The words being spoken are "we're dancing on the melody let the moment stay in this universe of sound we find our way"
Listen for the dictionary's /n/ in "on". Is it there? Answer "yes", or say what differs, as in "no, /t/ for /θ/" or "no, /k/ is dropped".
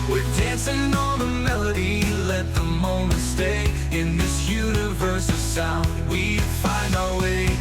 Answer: no, /l/ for /n/